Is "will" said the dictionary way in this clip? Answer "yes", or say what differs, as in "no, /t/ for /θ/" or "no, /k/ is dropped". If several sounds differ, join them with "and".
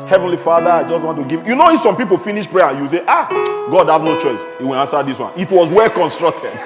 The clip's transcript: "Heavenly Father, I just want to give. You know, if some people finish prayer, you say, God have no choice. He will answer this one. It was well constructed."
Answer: no, /n/ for /l/